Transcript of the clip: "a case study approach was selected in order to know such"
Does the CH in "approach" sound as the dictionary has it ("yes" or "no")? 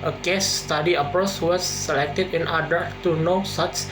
no